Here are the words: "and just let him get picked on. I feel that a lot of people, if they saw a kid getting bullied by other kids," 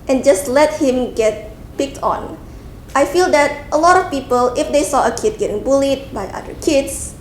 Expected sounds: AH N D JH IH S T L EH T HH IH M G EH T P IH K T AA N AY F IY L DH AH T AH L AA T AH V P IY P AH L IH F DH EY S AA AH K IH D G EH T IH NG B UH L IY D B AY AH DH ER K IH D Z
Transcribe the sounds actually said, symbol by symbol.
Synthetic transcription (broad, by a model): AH N JH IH S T L EH T HH IH M G EH T P IH K T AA N AY F IY L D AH T AH L AA T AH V P IY P AH L IH F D EY S AA AH K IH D G EH T IH NG B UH L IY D B AY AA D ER K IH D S